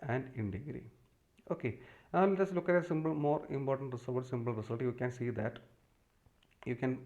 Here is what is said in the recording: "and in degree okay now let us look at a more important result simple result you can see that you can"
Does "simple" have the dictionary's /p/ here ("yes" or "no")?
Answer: no